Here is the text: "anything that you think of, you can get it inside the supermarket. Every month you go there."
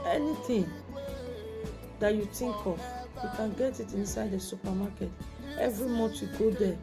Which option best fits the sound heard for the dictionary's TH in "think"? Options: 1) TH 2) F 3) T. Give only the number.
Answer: 3